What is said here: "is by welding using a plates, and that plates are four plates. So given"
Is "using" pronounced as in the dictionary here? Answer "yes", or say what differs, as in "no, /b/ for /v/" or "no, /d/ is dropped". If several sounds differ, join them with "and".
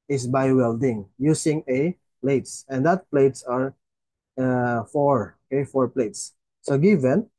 no, /s/ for /z/